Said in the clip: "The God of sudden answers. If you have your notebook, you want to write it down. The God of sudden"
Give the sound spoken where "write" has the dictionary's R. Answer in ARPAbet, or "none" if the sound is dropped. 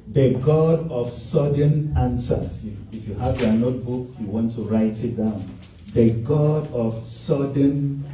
R